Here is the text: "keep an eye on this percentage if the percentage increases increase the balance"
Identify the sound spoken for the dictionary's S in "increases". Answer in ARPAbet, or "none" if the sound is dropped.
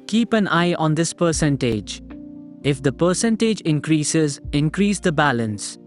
S